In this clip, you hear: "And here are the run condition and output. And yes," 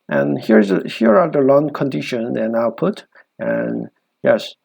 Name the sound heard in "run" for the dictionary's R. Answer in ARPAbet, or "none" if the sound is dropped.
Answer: L